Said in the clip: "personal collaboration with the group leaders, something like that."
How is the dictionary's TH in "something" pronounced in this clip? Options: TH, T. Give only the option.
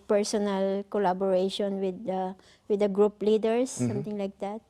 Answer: T